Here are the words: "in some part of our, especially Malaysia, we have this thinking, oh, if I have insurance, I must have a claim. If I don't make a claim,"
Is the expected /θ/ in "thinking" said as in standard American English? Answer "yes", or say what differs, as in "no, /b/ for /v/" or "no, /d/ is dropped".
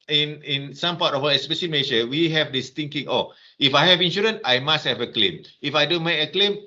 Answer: no, /t/ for /θ/